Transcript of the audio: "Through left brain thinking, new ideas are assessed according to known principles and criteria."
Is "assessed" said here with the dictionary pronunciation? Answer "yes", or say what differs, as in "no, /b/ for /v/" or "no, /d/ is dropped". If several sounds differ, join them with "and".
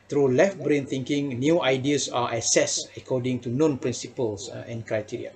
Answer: no, /t/ is dropped